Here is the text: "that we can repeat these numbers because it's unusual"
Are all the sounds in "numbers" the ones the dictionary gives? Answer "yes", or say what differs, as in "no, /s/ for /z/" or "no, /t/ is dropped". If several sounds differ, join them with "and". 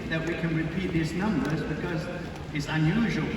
yes